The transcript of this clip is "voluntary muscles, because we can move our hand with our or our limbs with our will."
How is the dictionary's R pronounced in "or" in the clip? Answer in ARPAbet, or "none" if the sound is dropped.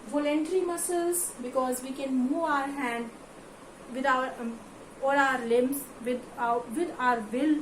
L